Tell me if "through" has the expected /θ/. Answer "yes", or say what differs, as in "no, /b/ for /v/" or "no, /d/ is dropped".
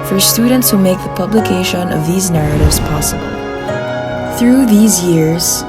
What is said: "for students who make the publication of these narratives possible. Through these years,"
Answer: yes